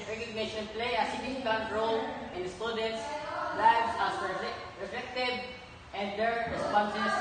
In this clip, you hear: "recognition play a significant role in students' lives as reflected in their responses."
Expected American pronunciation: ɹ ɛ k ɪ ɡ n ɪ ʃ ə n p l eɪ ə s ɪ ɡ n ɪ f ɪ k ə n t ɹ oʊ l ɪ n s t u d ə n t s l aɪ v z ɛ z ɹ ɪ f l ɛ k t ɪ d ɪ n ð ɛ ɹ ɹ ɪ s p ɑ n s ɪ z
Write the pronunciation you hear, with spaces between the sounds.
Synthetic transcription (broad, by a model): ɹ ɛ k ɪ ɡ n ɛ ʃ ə n p l eɪ ə s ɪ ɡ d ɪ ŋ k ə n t ɹ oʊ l ɪ n s t u d ə n t s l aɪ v s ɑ s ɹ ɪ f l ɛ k t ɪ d ɪ n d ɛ ɹ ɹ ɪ s p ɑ n s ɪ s